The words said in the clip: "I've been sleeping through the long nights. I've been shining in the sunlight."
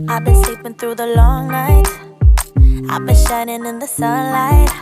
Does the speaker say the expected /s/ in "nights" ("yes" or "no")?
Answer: no